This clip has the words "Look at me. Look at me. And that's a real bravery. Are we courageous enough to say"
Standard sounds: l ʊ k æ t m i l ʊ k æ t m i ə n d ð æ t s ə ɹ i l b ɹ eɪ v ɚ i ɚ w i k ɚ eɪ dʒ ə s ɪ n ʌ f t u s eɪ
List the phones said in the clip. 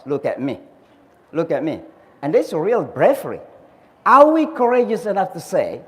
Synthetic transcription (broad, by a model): l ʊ k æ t m i l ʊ k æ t m i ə n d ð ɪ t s ə ɹ i l b ɹ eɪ f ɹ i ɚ w i k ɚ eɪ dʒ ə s ɪ n ʌ f t u s eɪ